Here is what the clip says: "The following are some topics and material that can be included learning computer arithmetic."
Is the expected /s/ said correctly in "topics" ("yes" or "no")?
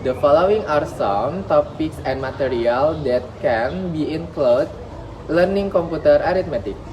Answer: yes